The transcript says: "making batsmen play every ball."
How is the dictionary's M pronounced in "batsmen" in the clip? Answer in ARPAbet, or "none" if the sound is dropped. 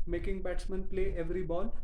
M